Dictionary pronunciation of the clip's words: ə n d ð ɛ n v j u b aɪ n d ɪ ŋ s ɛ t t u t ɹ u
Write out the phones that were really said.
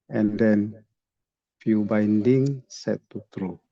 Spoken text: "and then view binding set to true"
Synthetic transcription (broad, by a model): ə n d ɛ n f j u b aɪ n d ɪ ŋ s ɛ t t u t ɹ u